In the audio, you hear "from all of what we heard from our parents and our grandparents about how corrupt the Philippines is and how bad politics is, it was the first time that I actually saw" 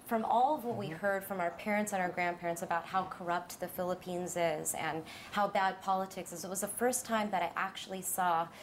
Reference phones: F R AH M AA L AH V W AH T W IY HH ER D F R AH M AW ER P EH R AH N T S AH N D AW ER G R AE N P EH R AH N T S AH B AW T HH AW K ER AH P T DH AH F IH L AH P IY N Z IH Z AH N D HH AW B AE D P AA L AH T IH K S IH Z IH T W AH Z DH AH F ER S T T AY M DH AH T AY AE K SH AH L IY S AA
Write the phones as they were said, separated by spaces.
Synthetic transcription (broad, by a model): F R AH M AA L AH V W AH T W IY HH ER D F R AH M AW ER P EH R AH N T S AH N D AW ER G R AE N P EH R AH N T S AH B AW T HH AW K ER AH P T DH AH F IH L AH P IY N Z IH Z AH N HH AW B AE D P AA L AH T IH K S IH Z IH T W AH Z DH AH F ER S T T AY M DH AH T AY AE K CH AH L IY S AA